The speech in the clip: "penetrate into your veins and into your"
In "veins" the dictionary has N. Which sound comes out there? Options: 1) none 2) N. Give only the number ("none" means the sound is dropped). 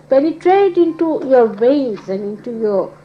1